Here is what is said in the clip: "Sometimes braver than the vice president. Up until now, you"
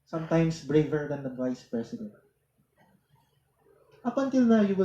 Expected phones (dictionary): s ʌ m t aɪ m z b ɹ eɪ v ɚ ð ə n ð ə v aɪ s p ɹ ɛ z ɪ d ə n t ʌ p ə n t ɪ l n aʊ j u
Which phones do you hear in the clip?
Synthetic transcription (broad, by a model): s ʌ m t aɪ m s b ɹ eɪ v ɚ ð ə n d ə v aɪ s p ɹ ɛ s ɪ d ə n t ʌ p ə n t ɪ l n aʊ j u